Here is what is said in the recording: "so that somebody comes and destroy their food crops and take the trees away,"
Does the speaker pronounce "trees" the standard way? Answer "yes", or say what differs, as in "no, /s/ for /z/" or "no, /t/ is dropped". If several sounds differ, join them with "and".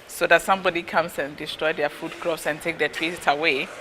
no, /w/ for /ɹ/